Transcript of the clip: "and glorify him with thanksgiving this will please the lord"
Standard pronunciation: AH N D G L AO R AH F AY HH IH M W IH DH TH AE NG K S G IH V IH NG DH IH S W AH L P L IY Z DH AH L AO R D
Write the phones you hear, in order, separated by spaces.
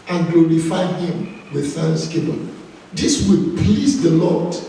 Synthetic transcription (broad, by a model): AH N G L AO R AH F AY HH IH M W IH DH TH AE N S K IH P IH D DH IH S W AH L P L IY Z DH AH L AO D